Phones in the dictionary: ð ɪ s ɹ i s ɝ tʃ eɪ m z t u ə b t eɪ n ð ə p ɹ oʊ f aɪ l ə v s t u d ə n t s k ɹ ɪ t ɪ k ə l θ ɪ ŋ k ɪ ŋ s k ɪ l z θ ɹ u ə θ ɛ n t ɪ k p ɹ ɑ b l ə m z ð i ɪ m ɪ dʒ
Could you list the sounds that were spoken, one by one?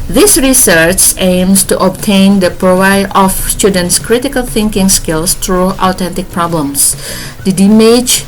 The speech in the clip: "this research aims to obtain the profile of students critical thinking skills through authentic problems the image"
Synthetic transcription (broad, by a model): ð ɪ s ɹ i s ɝ tʃ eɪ m s t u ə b t eɪ n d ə p ɹ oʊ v aɪ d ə f s t u d ə n t s k ɹ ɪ t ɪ k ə l θ ɪ ŋ k ɪ ŋ s k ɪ l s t ɹ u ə t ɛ n t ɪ k p ɹ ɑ b l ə m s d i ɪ m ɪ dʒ